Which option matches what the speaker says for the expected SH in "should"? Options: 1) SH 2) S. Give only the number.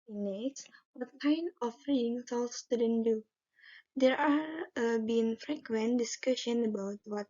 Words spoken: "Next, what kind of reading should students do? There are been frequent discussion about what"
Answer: 2